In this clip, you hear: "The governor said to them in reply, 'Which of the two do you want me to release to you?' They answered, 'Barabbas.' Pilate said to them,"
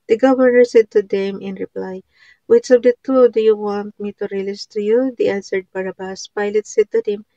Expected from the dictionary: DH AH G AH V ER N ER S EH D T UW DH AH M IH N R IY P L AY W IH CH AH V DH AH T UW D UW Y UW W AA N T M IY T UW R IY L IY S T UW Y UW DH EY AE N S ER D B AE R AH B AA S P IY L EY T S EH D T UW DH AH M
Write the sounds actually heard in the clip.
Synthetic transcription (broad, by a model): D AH G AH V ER N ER S EH D T UW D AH M IH N R IY P L AY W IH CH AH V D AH T UW D UW Y UW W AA N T M IY T UW R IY L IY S T UW Y UW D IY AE S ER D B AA R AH B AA S P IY L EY T S EH D T UW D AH M